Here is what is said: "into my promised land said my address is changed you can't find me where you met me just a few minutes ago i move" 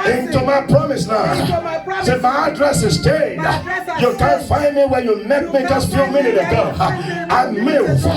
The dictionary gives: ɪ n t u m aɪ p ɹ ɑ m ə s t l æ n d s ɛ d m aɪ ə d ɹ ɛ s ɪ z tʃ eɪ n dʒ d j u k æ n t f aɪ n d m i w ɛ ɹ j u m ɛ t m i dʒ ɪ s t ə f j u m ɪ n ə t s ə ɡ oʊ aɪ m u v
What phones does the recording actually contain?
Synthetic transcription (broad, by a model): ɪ n t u m aɪ p ɹ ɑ m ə s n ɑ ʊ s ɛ m aɪ ə d ɹ ɛ s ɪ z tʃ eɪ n j u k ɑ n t f aɪ n d m i w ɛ j u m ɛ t m i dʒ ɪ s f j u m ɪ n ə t ə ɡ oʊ aɪ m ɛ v